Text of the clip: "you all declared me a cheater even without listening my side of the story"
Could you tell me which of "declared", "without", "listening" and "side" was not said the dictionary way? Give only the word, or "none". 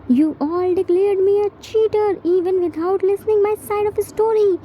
without